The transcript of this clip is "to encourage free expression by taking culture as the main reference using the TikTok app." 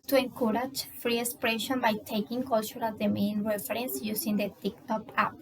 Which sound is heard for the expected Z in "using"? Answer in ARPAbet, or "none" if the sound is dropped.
S